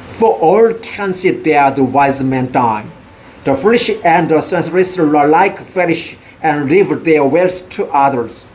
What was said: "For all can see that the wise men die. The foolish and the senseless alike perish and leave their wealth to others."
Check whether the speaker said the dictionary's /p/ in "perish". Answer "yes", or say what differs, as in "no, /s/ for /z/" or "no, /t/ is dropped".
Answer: no, /f/ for /p/